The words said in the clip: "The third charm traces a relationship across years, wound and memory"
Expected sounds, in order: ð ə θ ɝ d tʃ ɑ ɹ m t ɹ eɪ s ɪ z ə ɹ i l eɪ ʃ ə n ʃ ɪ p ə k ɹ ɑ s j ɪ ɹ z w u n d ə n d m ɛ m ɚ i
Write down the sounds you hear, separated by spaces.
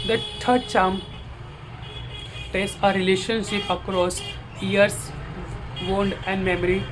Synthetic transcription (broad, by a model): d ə t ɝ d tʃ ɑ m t eɪ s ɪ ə ɹ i l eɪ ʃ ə n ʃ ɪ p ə k ɹ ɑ s j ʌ ɹ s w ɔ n d ə n d m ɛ m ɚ i